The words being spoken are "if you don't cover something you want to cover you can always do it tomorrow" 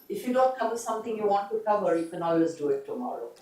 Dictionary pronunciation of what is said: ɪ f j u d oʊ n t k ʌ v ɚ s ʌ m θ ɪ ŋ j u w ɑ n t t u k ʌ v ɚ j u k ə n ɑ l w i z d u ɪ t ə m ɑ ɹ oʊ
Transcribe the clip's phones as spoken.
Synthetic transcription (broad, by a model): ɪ f j u d oʊ n t k ʌ v ɚ s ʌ m t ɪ ŋ j u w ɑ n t t u k ʌ v ɚ j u k ə n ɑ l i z d u ɪ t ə m ɑ ɹ oʊ